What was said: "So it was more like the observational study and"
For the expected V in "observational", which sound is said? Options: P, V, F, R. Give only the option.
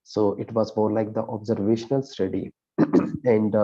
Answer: V